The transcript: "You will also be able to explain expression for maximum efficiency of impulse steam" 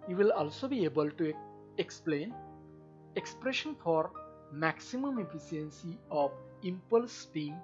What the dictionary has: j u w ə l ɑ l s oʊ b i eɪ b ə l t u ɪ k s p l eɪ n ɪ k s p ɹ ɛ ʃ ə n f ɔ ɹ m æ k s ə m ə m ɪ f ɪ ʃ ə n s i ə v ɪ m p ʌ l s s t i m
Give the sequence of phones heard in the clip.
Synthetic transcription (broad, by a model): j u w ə l ɑ l s oʊ b i eɪ b ə l t u ɪ k s p l eɪ n ɪ k s p ɹ ɛ ʃ ə n f ɔ ɹ m æ k s ə m ə m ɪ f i s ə n s i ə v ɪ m p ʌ l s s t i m